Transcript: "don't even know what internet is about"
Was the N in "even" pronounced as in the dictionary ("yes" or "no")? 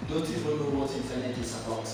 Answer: no